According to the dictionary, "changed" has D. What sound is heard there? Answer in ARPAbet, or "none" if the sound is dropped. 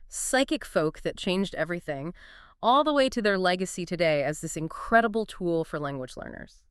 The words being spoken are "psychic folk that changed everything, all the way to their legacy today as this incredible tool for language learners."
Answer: D